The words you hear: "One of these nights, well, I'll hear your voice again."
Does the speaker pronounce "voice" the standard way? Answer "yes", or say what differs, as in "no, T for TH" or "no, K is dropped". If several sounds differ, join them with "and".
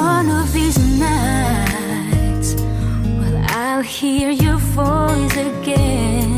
no, F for V